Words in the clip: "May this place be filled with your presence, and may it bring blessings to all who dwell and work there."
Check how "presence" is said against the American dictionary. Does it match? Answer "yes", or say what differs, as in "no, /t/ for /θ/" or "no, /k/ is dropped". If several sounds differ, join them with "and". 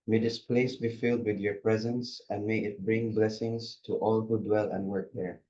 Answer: yes